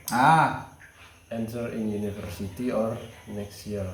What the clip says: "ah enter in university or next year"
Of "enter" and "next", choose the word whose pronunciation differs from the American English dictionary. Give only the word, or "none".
enter